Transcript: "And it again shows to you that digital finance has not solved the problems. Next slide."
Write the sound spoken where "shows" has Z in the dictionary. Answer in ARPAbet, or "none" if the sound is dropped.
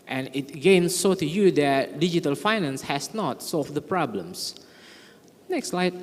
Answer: none